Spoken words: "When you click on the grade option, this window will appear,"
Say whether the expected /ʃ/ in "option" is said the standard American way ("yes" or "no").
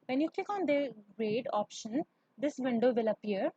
yes